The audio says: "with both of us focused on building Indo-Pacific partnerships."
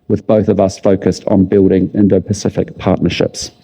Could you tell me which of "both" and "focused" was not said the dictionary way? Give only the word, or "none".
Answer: none